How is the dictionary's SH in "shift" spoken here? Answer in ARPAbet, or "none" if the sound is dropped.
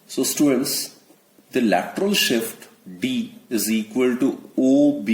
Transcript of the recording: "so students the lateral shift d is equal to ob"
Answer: SH